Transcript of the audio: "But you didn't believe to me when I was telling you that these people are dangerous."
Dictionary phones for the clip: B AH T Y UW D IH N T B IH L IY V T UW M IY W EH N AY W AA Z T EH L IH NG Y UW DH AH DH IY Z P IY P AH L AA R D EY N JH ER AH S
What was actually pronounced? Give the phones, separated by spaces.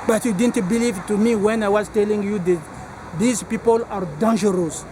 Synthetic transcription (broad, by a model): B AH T Y UW D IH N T B IH L IY V T UW M IY W EH N AY W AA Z T EH L IH NG Y UW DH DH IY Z P IY P AH L AA R D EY N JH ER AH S